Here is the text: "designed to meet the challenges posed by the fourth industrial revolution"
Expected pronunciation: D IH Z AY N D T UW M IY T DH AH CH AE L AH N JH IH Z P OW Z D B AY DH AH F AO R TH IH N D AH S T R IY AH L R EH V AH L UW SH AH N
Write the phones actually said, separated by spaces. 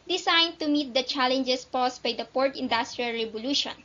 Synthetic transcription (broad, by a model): D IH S AY N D T UW M IY T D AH CH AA L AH N JH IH S P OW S B AY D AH P AO R T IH N D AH S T R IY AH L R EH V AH L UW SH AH N